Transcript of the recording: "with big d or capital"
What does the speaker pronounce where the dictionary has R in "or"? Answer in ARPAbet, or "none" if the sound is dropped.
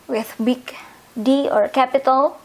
R